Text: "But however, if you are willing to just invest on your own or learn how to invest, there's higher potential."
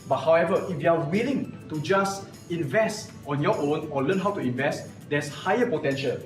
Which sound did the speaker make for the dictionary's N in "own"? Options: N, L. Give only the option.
N